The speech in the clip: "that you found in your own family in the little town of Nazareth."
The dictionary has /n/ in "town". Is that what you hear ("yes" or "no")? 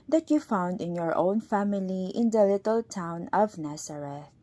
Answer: yes